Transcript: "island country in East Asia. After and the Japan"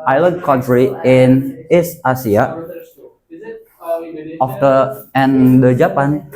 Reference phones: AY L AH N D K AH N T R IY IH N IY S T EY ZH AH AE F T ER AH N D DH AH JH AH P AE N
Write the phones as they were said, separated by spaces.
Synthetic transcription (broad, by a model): AY L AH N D K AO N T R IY IH N IY S T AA S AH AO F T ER AH N D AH JH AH P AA N